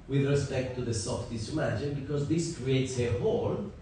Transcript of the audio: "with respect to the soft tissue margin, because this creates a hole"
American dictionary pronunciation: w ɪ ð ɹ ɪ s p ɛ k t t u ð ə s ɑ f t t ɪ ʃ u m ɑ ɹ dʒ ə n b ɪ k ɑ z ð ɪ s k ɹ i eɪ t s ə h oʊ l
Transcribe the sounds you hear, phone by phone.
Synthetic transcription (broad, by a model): w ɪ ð ɹ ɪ s p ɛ k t t u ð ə s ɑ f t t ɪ s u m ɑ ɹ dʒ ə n b ɪ k ɑ z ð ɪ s k ɹ i eɪ t s ə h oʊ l